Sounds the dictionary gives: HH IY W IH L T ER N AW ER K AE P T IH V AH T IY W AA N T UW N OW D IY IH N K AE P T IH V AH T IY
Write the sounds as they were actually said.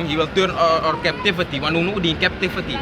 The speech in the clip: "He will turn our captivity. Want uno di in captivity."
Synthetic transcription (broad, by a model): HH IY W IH L T ER N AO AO K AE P T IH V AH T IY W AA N UW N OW D IY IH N K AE P T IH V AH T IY